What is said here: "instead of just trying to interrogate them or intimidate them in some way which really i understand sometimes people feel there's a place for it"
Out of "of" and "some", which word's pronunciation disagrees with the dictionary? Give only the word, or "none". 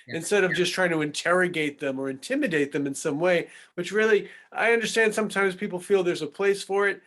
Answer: none